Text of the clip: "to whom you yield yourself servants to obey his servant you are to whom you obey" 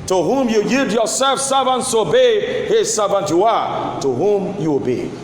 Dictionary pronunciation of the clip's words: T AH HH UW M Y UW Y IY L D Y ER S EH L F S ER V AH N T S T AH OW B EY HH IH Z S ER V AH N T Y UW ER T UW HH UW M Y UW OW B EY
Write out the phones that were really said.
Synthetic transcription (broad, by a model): T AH HH UW M Y UW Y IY D Y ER S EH L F S ER V AH N T S T AH OW B EY HH IH Z S ER V AH N T Y UW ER T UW HH UW M Y UW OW B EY